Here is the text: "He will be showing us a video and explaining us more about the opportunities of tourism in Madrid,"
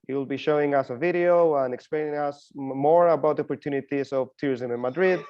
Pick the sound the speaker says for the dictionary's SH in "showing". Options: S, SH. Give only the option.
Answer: SH